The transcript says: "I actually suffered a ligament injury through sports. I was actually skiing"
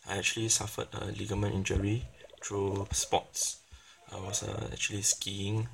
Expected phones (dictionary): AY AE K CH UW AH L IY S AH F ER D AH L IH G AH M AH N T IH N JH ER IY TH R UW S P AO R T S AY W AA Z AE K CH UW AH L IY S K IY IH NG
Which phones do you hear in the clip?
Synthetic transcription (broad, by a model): AY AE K CH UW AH L IY S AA F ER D AH L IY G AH M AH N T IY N JH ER IY T R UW S P AO T S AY W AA S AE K CH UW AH L IY S K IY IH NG